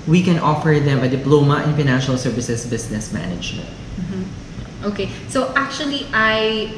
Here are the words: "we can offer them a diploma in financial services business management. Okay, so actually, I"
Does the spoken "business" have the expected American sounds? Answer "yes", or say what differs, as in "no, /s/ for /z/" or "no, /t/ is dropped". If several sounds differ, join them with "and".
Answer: no, /s/ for /z/